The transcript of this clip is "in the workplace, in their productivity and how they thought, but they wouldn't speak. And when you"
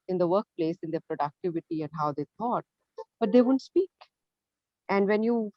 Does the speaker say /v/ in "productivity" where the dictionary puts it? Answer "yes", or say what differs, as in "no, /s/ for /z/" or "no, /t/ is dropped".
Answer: yes